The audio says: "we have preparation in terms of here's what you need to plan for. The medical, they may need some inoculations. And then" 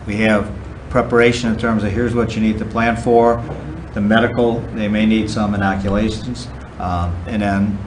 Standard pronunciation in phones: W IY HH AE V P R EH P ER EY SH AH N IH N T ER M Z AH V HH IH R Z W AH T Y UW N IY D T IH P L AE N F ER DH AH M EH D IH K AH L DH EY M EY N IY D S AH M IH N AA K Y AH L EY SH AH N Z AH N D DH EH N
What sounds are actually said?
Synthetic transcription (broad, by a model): W IY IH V P R EH P ER EY SH AH N IH N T ER M Z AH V HH IH R Z W AH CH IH N IY D T IH P L AE N F ER DH AH M EH D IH K L DH EY M EY N IY D S AH M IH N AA K Y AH L EY SH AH N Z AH N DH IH N